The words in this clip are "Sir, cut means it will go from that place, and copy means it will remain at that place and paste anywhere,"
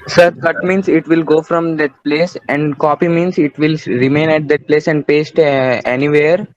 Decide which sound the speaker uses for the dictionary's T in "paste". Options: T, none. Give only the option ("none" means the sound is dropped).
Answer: T